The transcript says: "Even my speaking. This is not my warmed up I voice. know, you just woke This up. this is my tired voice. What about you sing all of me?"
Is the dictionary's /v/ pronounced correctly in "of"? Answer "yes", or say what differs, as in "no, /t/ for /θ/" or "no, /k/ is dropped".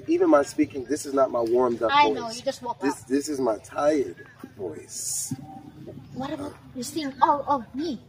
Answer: yes